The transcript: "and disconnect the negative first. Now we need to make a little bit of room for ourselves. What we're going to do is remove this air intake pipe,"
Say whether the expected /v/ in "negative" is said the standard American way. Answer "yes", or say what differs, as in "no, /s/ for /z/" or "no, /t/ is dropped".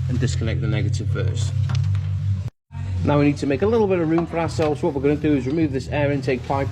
yes